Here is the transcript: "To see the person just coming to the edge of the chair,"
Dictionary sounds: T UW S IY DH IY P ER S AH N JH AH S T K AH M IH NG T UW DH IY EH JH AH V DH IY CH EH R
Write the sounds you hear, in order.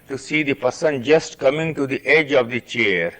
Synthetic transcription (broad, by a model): T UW S IY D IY P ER S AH N JH AH S T K AH M IH NG T UW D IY EH JH AH V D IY CH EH R